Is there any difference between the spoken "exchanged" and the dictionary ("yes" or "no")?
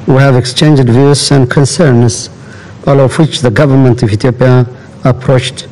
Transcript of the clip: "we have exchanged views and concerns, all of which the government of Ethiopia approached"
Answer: no